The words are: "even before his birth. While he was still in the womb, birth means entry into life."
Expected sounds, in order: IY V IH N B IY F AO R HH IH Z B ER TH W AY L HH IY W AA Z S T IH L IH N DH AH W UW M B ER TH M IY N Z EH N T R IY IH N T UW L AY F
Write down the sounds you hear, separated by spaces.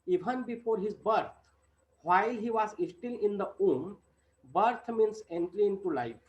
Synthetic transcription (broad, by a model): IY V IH N B IY F AO R HH IH Z B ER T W AY L HH IY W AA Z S T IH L IH N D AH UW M B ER T M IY N S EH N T L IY IH N T UW L AY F